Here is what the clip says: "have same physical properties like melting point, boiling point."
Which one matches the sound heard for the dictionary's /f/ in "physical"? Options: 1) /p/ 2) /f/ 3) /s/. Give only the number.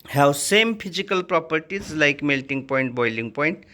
1